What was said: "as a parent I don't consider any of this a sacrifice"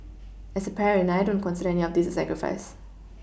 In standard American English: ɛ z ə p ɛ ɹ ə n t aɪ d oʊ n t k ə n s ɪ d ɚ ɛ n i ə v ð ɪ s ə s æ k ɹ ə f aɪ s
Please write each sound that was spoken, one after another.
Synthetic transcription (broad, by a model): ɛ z ə p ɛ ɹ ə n aɪ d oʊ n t k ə n s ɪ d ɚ ɛ n i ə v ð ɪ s ə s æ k ɹ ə f aɪ s